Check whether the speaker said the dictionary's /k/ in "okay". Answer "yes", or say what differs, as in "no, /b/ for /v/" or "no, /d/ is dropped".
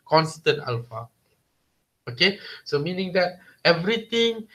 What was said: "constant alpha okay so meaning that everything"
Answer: yes